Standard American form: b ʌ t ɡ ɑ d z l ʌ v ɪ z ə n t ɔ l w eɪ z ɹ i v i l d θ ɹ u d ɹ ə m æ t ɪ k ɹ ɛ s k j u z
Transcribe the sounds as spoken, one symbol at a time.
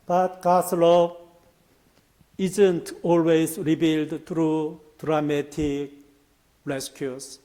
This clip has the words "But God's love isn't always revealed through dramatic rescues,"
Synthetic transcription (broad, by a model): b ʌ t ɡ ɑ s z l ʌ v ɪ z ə n t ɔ l w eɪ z ɹ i b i l d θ ɹ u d ɹ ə m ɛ t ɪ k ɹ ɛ s k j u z